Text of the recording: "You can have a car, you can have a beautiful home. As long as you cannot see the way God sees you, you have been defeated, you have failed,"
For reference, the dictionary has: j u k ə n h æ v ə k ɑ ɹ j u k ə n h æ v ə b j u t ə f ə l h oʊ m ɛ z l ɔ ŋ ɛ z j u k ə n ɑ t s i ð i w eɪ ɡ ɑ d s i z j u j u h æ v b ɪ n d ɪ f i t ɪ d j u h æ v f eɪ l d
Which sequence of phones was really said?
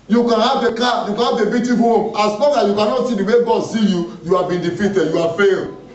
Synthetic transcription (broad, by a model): j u k ə n h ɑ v ə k ɑ j u k ə n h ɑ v ə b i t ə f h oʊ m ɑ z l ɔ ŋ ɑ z j u k ə n ɑ t s i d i w eɪ ɡ ɑ d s i j u j u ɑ b ɪ n d ɪ f i t ɪ d j u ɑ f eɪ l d